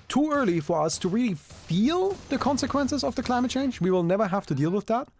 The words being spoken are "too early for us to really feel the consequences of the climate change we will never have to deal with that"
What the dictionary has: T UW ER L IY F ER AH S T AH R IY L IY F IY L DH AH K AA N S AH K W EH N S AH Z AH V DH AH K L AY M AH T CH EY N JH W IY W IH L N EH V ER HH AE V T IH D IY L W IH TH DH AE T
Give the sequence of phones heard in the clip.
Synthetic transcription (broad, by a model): T UW ER L IY F ER AH S T AH R IY L IY F IY L DH AH K AA N S AH K W EH N S AH Z AH V DH AH K L AY M AH T CH EY N JH W IY W IH L N EH V ER HH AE F T IH D IY L W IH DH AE T